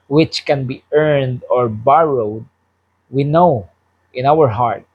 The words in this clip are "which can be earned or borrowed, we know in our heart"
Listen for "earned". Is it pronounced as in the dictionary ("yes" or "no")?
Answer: yes